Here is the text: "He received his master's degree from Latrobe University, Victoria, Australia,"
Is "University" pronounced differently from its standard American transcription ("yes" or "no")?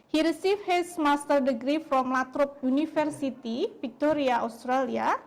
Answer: yes